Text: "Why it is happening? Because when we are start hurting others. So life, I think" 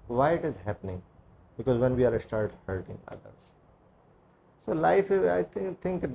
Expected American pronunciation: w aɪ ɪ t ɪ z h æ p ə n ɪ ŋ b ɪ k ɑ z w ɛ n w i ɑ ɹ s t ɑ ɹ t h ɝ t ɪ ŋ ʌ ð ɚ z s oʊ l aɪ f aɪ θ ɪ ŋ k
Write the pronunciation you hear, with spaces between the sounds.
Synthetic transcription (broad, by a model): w aɪ ɪ t ɪ z h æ p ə n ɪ ŋ b ɪ k ɑ z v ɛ n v i ɑ ɹ s t ɑ ɹ t h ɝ t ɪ ŋ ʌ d ɚ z s oʊ l aɪ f aɪ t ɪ ŋ k